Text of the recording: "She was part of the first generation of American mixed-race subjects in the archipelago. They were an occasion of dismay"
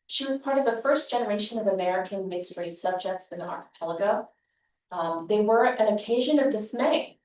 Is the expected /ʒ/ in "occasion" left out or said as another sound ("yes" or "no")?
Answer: no